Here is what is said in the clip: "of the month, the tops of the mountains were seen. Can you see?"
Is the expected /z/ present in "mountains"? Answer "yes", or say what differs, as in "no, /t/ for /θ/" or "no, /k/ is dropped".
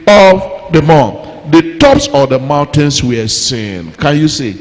no, /s/ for /z/